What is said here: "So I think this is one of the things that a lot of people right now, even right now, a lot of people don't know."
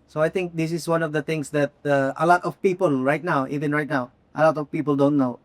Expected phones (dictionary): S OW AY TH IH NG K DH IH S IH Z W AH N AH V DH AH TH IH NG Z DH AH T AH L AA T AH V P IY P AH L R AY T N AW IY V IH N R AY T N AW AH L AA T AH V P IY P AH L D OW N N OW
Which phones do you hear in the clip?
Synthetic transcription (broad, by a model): S OW AY T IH NG K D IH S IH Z W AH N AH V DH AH T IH NG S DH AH T AH L AA T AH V P IY P AH L R AY T N AW IY V IH N R AY T N AW AH L AA T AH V P IY P AH L D OW N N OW